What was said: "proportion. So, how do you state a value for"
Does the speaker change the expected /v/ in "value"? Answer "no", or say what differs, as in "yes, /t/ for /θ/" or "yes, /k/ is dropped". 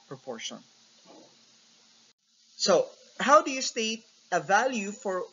no